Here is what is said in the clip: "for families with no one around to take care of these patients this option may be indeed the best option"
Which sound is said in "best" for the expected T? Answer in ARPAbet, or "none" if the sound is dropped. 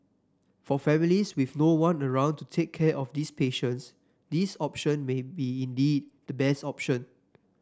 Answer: T